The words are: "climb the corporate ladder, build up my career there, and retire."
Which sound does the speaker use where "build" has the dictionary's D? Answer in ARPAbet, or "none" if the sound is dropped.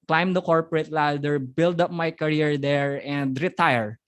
D